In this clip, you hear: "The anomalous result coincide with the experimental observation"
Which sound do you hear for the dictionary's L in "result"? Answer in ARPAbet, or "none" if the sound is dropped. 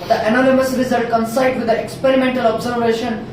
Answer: none